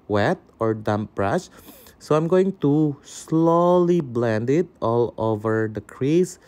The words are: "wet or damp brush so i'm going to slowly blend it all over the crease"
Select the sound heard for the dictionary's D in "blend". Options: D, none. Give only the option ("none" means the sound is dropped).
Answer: D